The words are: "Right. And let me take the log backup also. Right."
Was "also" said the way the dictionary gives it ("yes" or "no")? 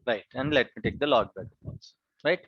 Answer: no